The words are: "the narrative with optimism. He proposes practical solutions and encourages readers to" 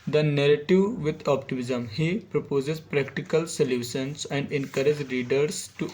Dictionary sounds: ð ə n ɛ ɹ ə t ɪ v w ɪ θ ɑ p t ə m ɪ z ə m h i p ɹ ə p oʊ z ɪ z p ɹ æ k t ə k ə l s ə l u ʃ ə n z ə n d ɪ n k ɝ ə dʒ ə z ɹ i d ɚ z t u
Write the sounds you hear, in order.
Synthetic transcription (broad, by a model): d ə n ɛ ɹ ə t ɪ v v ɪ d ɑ p t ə m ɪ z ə m h i p ɹ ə p oʊ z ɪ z p ɹ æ k t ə k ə l s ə l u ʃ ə n s ə n d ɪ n k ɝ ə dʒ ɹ i d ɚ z t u